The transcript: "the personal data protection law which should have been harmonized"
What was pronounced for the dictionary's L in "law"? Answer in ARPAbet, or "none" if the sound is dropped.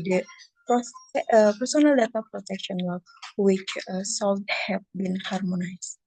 W